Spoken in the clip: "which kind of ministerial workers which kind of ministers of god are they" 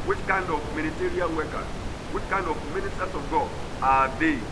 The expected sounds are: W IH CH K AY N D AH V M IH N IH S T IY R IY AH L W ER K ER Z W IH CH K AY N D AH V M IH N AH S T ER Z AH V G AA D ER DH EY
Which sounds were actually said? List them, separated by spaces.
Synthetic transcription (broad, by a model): W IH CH K AY N D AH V M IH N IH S T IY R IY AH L W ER K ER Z W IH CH K AY N D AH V M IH N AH S T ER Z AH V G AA AA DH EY